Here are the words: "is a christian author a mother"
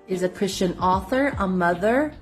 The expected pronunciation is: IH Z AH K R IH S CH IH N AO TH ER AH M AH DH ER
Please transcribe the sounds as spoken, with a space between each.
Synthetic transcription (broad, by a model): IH Z AH K R IH S CH IH N AO TH ER AH M AH DH ER